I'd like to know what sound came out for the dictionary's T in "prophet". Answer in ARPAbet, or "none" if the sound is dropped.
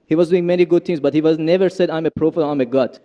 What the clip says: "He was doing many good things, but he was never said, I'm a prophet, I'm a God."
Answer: none